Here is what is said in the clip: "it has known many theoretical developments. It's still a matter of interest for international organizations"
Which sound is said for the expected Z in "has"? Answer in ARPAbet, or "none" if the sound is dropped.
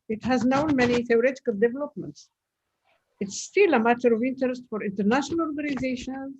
Z